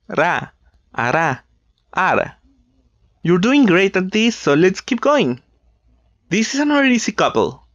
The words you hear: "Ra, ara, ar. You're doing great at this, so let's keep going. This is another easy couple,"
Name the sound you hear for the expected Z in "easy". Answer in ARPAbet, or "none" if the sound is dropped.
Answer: S